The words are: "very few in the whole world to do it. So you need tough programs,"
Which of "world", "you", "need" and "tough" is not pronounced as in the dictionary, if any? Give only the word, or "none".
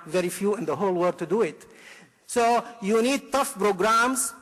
world